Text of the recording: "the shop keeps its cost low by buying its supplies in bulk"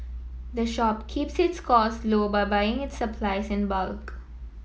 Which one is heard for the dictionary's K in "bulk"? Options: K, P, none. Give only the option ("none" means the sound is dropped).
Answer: K